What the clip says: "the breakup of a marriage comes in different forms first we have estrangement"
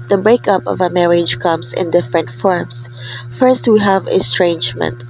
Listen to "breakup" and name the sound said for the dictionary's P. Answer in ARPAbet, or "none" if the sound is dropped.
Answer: P